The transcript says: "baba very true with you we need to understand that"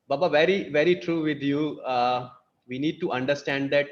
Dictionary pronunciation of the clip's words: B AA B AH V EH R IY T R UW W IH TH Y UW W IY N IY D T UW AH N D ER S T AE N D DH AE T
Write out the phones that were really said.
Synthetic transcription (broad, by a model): B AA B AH V EH R IY T R UW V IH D Y UW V IY N IY D T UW AH N D ER S T AE N D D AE T